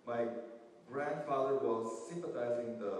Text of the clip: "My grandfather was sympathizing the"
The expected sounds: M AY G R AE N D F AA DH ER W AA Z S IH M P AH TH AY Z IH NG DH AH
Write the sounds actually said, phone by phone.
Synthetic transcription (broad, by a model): M AY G R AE N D F AA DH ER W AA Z S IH M P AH T AY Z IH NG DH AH